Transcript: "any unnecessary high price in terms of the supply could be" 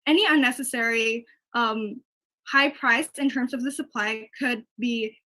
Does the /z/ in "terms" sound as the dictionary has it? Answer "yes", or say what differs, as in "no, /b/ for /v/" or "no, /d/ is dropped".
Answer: yes